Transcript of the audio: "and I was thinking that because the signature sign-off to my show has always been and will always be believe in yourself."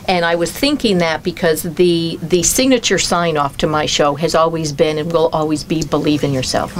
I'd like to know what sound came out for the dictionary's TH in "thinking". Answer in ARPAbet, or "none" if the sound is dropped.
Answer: TH